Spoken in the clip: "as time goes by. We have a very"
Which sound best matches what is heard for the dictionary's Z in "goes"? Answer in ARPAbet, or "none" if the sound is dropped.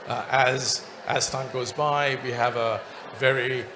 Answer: Z